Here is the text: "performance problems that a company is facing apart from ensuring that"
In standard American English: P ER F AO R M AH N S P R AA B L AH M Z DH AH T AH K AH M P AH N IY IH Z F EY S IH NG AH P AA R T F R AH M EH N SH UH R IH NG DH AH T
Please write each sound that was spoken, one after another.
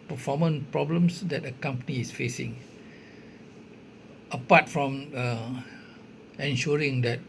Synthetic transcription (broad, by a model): P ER F AO M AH N P R AA B L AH M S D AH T AH K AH M P AH N IY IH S F EY S IH NG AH P AA T F R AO M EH N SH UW R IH NG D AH T